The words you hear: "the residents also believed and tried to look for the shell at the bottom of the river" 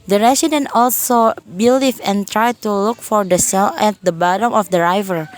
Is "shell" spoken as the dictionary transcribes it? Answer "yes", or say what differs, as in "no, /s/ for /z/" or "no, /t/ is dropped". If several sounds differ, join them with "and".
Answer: no, /s/ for /ʃ/